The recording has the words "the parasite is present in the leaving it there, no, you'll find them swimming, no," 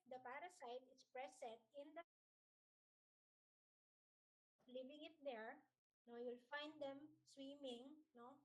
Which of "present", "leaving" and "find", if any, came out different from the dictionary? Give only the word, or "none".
present